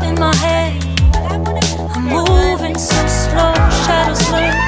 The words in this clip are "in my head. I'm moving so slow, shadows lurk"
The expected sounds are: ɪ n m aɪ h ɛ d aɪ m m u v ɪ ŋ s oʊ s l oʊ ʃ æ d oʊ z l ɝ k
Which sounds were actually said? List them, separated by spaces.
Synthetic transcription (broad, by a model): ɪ n m aɪ h ɛ d aɪ m m u v ɪ ŋ s oʊ s l oʊ ʃ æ d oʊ s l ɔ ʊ